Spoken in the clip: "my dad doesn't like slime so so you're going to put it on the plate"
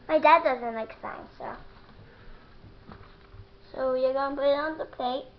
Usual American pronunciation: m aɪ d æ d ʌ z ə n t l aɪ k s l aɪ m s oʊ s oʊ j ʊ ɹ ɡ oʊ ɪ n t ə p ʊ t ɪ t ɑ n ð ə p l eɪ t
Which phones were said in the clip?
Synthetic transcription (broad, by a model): m aɪ d æ d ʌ z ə n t l aɪ k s aɪ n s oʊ s oʊ j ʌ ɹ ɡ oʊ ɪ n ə p ʊ t ɪ t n ð ə p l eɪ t